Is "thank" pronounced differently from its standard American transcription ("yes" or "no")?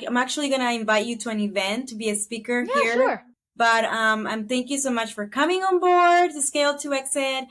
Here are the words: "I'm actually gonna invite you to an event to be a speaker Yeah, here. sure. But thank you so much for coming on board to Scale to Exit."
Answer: no